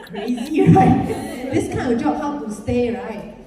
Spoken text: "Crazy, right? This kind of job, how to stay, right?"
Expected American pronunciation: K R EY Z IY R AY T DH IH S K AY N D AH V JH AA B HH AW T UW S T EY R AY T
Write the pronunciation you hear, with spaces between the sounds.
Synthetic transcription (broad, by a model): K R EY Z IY R AY T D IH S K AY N AH JH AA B HH AW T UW S T EY R AY T